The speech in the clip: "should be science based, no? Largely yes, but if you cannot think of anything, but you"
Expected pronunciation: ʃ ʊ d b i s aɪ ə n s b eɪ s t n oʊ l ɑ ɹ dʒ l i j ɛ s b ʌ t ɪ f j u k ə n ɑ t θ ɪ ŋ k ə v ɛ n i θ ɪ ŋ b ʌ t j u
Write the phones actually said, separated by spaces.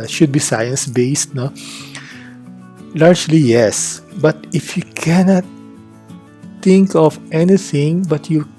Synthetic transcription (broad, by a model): ʃ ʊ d b i s aɪ ə n s b eɪ s t n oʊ l ɑ ɹ dʒ l i j ɛ s b ʌ t ɪ f j u k ə n ɑ t t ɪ ŋ k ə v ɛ n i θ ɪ ŋ b ʌ t j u